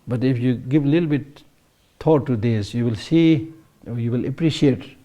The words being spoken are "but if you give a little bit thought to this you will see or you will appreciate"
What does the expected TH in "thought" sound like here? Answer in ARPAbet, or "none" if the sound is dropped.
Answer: T